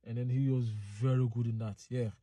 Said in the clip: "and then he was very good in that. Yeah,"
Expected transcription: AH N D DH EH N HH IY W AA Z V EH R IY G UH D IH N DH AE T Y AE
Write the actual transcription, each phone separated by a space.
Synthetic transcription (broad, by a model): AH N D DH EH N HH IY W AA Z V EH R IY G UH D IH N DH AE T Y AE